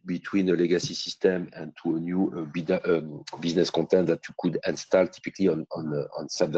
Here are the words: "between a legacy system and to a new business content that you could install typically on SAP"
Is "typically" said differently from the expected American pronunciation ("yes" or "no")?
yes